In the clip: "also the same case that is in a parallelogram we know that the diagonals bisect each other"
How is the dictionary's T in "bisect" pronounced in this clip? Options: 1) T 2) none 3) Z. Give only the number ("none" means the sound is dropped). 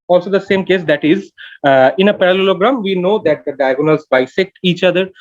2